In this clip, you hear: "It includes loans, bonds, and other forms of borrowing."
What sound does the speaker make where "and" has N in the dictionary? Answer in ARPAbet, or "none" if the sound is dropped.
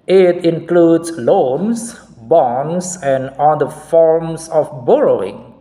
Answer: L